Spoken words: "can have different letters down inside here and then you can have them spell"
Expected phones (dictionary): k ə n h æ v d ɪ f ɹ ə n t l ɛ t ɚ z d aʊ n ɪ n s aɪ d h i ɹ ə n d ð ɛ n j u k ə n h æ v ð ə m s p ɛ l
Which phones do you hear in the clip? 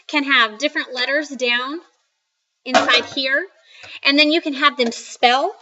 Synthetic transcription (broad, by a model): k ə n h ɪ v d ɪ f ɹ ə n t l ɛ t ɚ z d aʊ n ɪ n s aɪ d h i ɹ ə n ð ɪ n j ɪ k ə n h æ v ð ə m s p ɛ l